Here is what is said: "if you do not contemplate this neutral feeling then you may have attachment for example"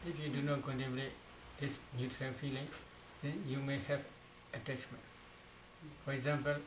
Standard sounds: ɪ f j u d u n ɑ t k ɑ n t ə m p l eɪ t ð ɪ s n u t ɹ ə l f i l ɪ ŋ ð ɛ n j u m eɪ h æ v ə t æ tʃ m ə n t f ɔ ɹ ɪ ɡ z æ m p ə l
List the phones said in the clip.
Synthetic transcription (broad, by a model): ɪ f j u d u n ɑ t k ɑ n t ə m l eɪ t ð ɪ s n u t ɹ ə l f i l ɪ ŋ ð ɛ n j u m eɪ h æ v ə t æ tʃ m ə n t f ɔ ɹ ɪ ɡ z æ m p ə l